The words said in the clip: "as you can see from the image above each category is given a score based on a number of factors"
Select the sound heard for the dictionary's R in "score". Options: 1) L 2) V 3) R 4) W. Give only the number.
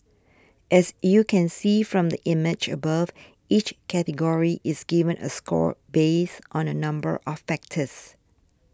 3